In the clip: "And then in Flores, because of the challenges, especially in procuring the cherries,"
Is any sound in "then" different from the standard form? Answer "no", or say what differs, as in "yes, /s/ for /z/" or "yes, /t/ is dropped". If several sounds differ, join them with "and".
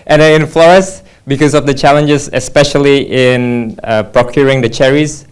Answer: yes, /n/ is dropped